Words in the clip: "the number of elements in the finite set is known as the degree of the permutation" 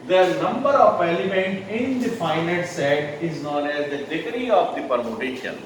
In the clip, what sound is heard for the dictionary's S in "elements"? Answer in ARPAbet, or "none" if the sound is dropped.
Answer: none